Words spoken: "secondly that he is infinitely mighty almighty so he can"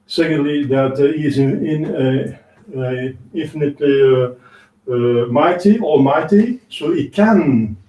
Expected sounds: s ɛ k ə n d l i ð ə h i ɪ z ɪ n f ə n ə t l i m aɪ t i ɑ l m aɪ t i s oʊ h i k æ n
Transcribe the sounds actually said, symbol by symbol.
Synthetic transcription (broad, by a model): s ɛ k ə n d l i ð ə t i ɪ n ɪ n f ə n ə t l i m aɪ t i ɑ m aɪ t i s oʊ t k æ n